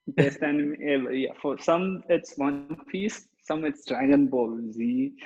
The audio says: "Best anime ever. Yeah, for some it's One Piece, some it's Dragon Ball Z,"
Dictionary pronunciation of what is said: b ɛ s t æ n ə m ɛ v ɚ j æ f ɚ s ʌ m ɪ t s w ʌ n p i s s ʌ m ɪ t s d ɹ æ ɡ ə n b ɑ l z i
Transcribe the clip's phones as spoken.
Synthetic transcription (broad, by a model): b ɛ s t æ n ə m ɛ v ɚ j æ f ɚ s ʌ m ɪ t s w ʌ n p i s s ʌ m ɪ t s d ɹ æ ɡ ə n b ɑ l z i